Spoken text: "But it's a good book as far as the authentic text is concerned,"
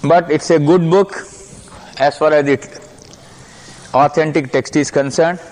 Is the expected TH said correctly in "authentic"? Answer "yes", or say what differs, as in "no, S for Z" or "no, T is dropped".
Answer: no, T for TH